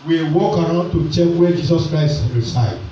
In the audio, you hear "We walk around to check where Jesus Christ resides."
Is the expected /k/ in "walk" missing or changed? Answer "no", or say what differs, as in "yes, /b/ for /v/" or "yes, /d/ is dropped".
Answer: no